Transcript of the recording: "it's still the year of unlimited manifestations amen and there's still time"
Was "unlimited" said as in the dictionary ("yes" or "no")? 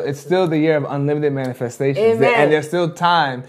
yes